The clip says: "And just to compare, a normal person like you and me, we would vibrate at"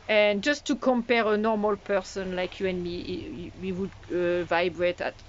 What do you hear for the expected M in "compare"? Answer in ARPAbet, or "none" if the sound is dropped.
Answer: M